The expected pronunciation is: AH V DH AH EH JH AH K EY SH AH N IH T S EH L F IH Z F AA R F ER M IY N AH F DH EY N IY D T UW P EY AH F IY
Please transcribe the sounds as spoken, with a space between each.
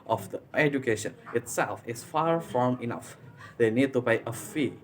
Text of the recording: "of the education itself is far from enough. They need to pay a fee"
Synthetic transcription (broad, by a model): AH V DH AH EH JH AH K EY SH AH N IH T S EH L F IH S F AA R F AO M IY N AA F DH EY N IY D T UW B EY AH F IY